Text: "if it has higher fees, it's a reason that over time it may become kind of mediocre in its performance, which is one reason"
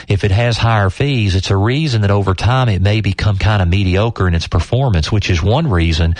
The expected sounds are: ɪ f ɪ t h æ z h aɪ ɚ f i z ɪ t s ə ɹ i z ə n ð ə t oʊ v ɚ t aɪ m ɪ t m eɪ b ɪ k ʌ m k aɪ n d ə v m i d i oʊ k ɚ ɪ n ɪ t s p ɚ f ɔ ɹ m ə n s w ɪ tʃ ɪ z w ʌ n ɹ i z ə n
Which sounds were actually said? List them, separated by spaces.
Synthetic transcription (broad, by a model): ɪ f ɪ t h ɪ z h aɪ ɚ f i z ɪ t s ə ɹ i z ə n ð ə t oʊ v ɚ t aɪ m ɪ t m eɪ b ɪ k ʌ m k aɪ n d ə m i d i oʊ k ɚ ɪ n ɪ t s p ɚ f ɔ ɹ m ə n s w ɪ tʃ ɪ z w ʌ n ɹ i z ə n